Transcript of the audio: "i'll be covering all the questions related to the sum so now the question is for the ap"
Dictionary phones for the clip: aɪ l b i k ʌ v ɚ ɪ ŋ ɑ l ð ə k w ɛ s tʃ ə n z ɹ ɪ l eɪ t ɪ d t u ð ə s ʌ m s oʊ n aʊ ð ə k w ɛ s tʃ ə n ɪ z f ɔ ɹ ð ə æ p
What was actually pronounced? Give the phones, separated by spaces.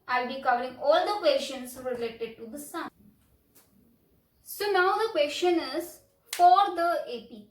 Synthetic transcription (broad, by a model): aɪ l b i k ʌ v ɚ ɪ ŋ ɑ l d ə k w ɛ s ʃ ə n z ɹ ɪ l eɪ t ɪ d t u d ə s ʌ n s oʊ n aʊ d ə k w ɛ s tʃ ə n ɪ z f ɔ ɹ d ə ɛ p